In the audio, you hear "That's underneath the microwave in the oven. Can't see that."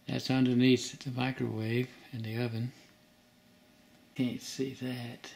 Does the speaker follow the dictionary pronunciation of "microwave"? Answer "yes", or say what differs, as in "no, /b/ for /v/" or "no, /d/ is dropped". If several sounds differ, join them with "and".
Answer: yes